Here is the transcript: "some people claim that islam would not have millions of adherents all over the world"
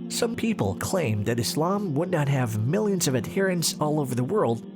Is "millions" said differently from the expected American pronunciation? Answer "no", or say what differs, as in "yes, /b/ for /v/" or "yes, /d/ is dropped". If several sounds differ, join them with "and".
no